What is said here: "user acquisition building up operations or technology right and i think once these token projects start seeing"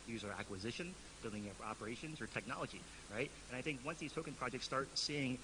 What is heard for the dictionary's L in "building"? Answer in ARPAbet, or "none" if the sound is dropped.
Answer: L